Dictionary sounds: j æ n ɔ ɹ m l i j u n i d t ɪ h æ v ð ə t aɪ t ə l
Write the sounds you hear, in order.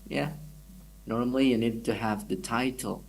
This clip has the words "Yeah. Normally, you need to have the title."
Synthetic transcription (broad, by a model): j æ n ɔ ɹ m l i j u n i d t ɪ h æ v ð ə t aɪ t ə l